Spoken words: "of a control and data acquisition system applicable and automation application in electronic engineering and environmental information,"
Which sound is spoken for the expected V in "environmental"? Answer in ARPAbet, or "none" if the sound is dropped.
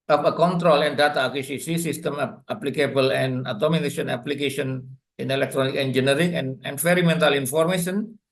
F